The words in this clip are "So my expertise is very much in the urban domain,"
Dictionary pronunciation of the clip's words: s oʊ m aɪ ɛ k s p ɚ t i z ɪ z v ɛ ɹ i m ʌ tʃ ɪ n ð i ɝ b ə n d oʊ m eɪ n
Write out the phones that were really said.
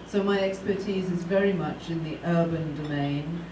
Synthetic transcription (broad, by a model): s oʊ m aɪ ɛ k s p ɚ t i z ɪ z v ɛ ɹ i m ʌ tʃ ɪ n ð i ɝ b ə n d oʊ m eɪ n